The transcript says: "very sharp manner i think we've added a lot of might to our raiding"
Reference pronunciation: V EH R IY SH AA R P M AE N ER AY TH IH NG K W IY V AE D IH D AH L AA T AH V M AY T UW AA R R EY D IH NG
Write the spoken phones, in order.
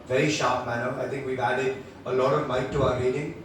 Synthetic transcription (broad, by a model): V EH R IY SH AA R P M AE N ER AY T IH NG K W IY V AE D IH D AH L AA T AH V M AY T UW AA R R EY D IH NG